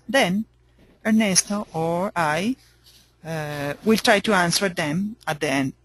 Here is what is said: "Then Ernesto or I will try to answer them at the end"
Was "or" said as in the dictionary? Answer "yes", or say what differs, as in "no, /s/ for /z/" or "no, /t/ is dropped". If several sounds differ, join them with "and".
yes